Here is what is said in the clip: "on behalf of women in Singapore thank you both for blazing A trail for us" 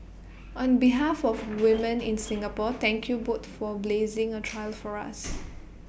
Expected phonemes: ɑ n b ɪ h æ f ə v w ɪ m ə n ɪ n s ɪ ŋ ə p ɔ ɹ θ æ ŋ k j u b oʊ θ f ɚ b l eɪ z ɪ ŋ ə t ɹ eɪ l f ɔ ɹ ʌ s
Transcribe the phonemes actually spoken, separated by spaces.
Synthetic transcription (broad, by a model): ɑ n b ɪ h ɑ f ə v w ɪ m ə n ɪ n s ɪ ŋ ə p ɔ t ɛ ŋ k j u b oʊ t f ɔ b l eɪ z ɪ ŋ ə t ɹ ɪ l f ɔ ɹ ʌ s